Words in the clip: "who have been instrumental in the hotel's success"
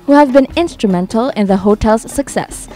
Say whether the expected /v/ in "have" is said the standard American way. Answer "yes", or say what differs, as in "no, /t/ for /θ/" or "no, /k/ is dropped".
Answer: yes